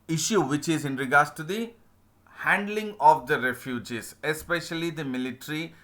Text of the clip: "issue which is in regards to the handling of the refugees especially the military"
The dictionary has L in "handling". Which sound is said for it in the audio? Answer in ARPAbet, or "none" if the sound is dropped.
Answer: L